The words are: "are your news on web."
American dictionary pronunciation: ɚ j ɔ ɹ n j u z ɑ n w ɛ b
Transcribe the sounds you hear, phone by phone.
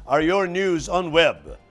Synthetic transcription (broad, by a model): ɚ j ɔ ɹ n j u z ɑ n w ɛ b